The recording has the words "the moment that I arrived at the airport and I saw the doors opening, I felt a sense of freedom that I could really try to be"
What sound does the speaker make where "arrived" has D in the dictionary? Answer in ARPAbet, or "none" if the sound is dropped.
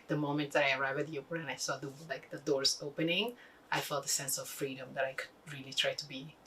none